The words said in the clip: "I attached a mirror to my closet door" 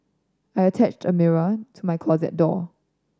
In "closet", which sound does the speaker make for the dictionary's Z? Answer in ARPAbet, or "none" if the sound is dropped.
Z